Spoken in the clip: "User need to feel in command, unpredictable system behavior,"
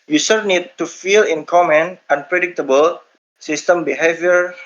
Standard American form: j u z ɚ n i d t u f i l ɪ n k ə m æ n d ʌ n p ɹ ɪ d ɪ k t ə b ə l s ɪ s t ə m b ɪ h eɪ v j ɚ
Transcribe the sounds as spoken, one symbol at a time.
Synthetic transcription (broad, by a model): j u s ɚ n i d t u f i l ɪ n k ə m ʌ n ʌ n p ɹ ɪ d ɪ k t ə b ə l s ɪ s t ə m b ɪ h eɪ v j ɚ